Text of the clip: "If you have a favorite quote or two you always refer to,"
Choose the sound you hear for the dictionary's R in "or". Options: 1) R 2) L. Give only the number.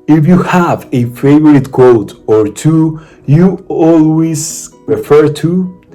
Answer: 1